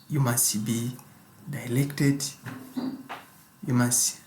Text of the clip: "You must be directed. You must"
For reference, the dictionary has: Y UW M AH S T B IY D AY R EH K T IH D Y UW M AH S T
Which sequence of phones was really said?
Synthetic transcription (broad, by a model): Y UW M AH S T B IY D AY L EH K T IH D Y UW M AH S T